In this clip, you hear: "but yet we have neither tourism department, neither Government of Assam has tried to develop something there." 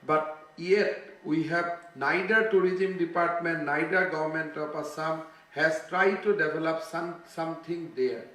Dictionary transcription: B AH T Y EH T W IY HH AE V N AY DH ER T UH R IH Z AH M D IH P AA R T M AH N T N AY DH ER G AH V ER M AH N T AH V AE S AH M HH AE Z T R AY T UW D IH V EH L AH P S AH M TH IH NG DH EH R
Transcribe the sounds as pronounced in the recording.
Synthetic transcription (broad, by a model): B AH T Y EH T W IY HH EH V N AY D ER T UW R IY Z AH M D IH P AA R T M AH N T N AY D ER G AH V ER M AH N T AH P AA S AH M HH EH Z T R AY T UW D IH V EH L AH P S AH M T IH NG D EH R